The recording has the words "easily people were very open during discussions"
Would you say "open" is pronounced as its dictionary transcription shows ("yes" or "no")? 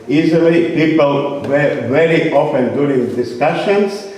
no